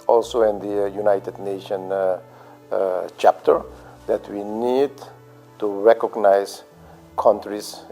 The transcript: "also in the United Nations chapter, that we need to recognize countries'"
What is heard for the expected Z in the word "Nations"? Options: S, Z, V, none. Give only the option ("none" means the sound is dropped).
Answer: none